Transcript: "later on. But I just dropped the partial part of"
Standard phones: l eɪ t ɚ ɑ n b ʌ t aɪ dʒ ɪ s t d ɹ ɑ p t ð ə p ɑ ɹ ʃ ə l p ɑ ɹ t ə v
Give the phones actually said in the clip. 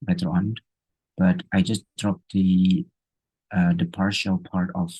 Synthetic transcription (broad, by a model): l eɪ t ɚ ɑ n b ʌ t aɪ dʒ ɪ s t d ɹ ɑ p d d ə p ɑ ɹ ʃ ə l p ɑ ɹ t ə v